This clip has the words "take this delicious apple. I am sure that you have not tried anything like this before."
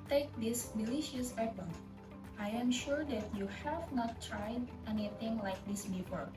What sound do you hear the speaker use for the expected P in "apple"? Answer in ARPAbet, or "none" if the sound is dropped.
B